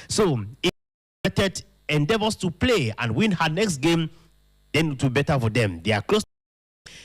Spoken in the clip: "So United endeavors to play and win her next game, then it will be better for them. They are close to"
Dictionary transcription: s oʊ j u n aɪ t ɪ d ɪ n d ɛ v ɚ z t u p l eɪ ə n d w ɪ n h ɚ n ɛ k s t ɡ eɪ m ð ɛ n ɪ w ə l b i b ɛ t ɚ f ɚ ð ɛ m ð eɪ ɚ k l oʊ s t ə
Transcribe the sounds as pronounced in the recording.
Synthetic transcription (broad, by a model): s oʊ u ɛ t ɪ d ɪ n d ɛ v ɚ s t u p l eɪ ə n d w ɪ n h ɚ n ɛ k s t ɡ eɪ m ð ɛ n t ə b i b ɛ t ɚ f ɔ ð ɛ m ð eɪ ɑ k l oʊ s